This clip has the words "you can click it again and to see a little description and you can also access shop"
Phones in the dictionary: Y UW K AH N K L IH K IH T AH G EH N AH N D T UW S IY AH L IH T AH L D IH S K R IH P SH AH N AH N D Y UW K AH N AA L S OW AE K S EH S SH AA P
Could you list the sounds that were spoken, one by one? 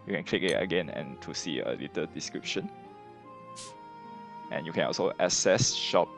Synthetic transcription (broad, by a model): Y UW K AH N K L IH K IH T AH G EH N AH N T UW S IY AH L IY T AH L D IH S K R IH P SH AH N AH N Y UW K AH N AA L S OW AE S EH S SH AA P